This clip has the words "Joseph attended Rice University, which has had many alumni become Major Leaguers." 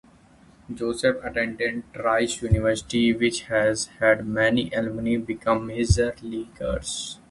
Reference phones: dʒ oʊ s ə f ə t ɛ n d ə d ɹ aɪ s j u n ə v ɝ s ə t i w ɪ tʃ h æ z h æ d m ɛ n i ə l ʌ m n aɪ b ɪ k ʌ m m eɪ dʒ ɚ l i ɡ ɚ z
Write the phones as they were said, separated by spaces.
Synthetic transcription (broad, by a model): dʒ oʊ s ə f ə t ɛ n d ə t ɹ aɪ s j u n ə v ɝ s ə t i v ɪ tʃ h æ z h æ d m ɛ n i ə l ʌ n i b ɪ k ʌ m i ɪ z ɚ l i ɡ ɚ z